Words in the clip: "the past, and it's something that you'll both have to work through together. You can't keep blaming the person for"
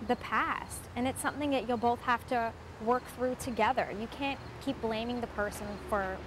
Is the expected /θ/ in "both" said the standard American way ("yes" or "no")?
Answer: yes